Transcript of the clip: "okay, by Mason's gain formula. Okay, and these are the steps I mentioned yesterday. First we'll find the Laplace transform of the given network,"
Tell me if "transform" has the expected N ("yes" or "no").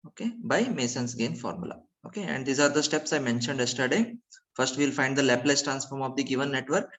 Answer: yes